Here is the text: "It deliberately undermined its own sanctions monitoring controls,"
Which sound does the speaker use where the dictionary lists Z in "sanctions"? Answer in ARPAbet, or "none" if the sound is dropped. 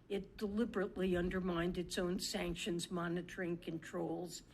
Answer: Z